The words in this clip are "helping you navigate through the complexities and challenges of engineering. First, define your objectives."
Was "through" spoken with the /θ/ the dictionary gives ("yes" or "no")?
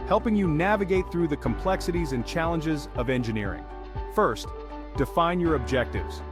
yes